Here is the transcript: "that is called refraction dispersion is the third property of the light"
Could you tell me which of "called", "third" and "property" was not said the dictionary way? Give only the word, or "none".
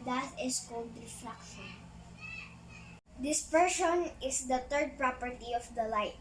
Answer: third